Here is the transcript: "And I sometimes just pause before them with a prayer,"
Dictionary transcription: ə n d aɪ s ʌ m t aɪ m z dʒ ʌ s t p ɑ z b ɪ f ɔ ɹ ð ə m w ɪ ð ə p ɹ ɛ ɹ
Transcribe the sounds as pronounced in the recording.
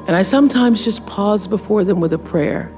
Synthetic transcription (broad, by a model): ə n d aɪ s ʌ m t aɪ m z dʒ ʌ s p ɑ z b ɪ f ɔ ɹ ð ə m w ɪ ð ə p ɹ ɛ ɹ